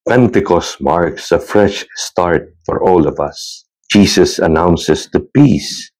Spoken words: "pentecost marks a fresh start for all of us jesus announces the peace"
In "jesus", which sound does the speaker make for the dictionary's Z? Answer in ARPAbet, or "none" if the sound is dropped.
S